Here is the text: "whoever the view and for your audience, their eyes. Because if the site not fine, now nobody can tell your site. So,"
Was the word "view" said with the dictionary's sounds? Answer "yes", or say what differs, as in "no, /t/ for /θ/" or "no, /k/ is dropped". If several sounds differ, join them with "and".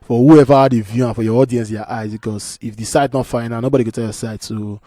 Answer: yes